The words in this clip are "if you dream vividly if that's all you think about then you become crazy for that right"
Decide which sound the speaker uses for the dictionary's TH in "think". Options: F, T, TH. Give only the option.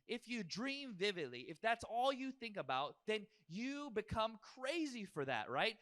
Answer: TH